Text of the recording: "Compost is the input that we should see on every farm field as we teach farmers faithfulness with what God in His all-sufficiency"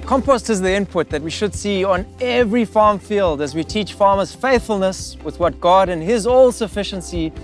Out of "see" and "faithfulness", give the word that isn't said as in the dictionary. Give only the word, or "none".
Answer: none